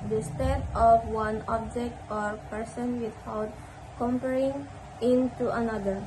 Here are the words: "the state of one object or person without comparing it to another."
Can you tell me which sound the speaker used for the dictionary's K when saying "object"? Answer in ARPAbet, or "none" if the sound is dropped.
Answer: K